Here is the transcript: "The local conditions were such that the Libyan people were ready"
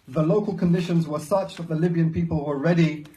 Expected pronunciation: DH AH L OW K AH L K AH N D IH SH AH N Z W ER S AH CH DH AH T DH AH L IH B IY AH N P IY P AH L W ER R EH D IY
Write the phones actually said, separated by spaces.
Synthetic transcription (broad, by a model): DH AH L OW K AH L K AH N D IH SH AH N Z W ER S AH CH DH AH T DH AH L IH B IY AH N P IY P AH L W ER R EH D IY